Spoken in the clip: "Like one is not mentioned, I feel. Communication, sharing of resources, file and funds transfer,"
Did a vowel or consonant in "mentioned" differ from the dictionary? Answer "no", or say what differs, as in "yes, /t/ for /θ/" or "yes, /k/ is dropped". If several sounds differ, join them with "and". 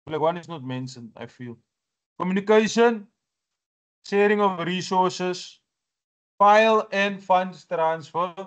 yes, /s/ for /ʃ/